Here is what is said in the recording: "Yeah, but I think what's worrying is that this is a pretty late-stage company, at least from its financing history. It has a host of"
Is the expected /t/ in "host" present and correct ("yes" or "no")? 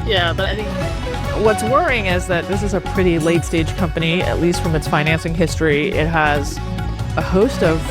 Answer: yes